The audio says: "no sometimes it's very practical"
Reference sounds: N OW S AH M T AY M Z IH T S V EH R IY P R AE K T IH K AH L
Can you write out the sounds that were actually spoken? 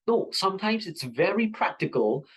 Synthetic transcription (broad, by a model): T S AH M T AY M Z IH T S V EH R IY P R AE K T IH K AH L